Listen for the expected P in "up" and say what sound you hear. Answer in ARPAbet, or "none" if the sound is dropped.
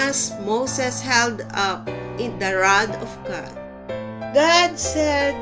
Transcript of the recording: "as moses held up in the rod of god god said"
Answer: P